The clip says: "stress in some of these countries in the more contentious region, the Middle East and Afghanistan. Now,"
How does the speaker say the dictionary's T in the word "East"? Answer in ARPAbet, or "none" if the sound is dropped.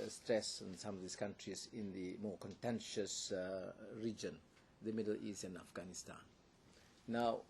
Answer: none